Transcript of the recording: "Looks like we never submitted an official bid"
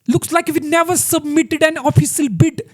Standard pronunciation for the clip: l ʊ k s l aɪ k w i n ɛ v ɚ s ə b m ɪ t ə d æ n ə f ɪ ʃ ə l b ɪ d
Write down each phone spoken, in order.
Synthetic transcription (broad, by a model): l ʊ k s l aɪ k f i n ɛ v ɚ s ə b m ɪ t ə d æ n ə f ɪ s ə l b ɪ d